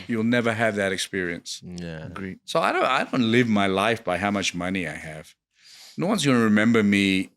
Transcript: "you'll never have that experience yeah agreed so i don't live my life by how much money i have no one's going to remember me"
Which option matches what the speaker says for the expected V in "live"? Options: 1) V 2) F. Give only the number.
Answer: 1